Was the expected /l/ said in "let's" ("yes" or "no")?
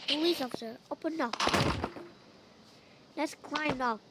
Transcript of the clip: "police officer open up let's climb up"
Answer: no